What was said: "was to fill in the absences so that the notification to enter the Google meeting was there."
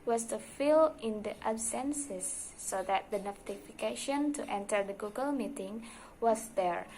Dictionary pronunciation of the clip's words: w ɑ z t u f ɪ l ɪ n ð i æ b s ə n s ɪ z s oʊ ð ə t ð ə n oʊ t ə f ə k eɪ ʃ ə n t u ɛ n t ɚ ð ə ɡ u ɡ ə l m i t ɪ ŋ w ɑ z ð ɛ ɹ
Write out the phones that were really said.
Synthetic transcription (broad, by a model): w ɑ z t u f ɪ l ɪ n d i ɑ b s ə n s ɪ s oʊ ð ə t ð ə n oʊ t ə f ə k eɪ ʃ ə n t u ɛ n t ɚ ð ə ɡ u ɡ ə l m i t ɪ ŋ w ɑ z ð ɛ ɹ